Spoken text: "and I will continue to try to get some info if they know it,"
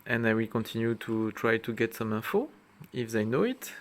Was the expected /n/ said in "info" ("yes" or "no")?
no